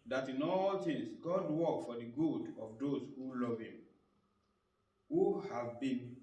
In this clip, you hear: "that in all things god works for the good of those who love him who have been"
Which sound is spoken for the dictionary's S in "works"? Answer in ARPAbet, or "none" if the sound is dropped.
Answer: none